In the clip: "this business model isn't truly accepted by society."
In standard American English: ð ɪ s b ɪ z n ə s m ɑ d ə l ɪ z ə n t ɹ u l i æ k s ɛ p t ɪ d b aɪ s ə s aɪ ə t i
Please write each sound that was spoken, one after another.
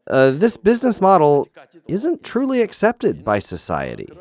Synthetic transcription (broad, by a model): ð ɪ s b ɪ z n ə s m ɑ d l ɪ z ə n t ɹ u l i æ k s ɛ p t ɪ d b aɪ s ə s aɪ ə t i